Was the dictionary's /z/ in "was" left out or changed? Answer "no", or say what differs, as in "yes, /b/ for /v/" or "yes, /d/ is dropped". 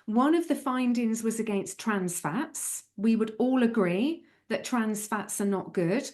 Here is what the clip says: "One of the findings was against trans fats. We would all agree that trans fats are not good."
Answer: no